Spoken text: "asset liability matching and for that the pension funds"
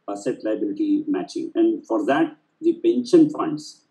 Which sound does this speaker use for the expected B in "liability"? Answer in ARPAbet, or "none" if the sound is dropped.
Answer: B